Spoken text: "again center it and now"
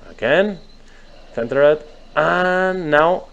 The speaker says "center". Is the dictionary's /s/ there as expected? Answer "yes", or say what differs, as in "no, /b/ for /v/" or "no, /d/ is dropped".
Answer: no, /θ/ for /s/